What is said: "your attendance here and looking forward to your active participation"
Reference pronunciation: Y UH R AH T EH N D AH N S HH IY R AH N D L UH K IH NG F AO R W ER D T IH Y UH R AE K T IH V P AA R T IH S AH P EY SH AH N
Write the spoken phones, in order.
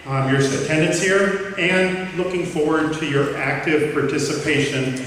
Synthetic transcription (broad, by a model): Y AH R AH T EH N D AH N S HH IY R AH N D L UH K IH NG F AO R W ER D T IH Y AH R AE K T IH V P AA R T IH S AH P EY SH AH N